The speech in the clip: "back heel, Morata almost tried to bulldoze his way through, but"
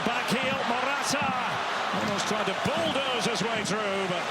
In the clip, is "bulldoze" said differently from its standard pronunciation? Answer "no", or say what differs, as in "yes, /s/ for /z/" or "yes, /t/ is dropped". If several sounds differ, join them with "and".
no